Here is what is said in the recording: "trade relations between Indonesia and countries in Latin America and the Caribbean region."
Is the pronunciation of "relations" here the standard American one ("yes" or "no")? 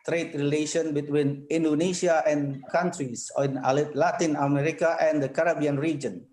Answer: no